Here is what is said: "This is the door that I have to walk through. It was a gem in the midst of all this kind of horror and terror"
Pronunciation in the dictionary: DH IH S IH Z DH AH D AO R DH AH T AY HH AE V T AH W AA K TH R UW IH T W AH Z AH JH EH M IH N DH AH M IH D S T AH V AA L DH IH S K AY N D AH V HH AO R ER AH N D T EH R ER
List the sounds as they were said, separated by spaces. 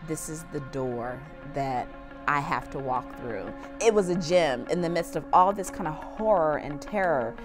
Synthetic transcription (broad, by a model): DH IH S IH Z DH AH D AO R DH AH T AY HH AE F T AH W AA K TH R UW IH T W AH Z AH JH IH M IH N DH AH M IH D S T AH V AA L DH IH S K AY N D AH V HH AO R ER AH N T EH R ER